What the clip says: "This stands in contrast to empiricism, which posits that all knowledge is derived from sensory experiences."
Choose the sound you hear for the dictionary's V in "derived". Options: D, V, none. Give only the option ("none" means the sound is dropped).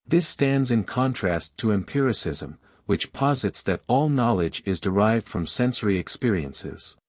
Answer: V